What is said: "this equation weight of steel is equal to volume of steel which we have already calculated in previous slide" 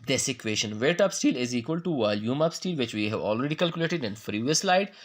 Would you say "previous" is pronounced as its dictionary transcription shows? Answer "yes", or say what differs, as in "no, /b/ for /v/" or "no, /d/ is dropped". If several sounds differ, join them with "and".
no, /f/ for /p/